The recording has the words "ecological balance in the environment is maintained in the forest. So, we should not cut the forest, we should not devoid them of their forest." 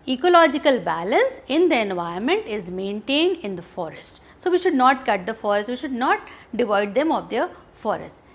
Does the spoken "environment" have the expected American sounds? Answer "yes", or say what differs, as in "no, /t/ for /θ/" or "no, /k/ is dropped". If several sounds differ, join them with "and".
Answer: no, /ɹ/ is dropped